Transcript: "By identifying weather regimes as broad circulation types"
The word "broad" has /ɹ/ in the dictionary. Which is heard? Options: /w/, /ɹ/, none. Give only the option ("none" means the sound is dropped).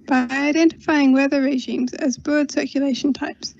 none